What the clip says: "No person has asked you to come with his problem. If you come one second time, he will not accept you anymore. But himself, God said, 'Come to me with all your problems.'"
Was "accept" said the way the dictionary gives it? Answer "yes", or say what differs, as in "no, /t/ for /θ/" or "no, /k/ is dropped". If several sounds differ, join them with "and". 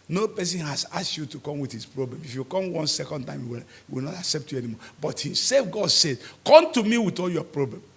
yes